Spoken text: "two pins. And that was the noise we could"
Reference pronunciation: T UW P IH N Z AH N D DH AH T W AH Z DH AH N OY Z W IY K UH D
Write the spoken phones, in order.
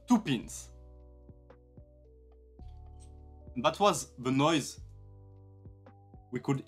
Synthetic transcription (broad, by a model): T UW P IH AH N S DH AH T W AH Z DH AH N OY Z W IY K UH D